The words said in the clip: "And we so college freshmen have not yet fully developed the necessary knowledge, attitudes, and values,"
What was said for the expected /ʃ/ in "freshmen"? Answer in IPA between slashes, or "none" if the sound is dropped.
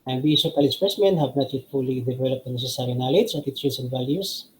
/s/